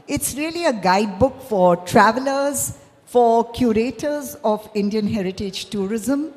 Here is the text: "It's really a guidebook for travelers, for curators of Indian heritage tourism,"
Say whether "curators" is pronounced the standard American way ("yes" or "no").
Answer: yes